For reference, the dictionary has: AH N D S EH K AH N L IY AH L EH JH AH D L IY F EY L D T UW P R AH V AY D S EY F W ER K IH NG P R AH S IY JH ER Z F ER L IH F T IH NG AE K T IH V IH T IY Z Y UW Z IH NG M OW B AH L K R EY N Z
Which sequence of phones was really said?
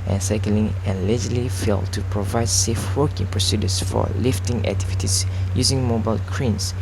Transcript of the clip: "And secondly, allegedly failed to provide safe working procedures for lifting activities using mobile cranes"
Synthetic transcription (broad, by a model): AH N S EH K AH L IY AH L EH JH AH L IY F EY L T UW P R AH V AY D S EY F W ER K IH NG P R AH S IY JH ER S F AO L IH F T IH NG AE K T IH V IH T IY S Y UW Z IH NG M OW B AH L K R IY N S